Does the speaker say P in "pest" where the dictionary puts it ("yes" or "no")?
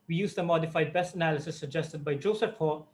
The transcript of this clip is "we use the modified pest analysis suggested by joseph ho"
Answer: no